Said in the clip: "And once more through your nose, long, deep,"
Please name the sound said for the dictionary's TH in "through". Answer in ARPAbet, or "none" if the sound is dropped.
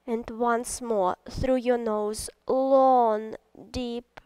TH